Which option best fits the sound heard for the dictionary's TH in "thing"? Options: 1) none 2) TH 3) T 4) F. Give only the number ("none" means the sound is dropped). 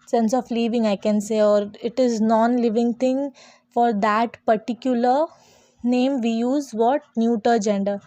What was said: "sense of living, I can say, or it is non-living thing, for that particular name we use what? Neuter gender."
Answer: 3